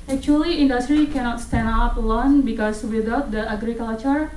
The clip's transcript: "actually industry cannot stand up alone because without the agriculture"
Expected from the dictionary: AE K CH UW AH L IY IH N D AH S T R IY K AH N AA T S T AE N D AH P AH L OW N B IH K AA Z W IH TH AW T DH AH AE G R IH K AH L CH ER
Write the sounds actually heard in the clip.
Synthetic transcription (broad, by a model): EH K CH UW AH L IY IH N D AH S T R IY K AH N AA T S T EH N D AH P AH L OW N B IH K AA S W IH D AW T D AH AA G R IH K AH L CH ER